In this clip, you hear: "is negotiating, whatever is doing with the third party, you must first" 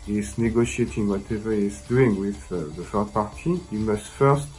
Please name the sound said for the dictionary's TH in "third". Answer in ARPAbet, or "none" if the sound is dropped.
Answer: F